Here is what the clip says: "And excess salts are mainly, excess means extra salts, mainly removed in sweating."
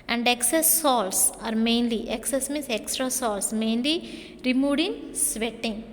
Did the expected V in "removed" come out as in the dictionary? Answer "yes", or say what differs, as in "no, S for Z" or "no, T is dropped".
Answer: no, V is dropped